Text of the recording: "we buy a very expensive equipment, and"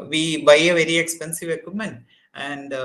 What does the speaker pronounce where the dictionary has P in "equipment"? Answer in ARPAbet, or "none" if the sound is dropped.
none